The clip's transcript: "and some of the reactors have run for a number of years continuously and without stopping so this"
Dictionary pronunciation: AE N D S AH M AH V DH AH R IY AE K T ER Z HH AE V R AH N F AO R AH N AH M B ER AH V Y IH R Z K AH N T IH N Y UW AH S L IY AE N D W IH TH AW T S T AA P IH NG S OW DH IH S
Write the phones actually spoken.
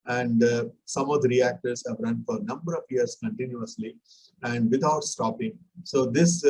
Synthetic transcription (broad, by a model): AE N D S AH M AH V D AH R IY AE K T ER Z HH AE V R AH N F AO R AH N AH M B ER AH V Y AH R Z K AH N T IH N Y UW AH S L IY AE N D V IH T AW T S T AA P IH NG S OW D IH S